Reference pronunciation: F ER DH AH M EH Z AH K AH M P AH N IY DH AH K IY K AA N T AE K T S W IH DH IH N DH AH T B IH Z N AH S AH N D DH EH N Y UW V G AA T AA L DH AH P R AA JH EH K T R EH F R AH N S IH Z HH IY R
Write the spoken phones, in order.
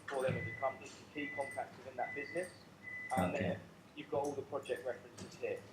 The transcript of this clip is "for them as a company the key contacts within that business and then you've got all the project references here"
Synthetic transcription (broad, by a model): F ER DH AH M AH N AH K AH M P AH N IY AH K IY K AA N T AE K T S W IH DH IH N DH AH T B IH Z N AH S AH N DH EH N Y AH V G AA T AA L DH AH P R AA JH EH K T R EH F R AH N S IH Z HH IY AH